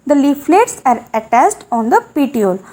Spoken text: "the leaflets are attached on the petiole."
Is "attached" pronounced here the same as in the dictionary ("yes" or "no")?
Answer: no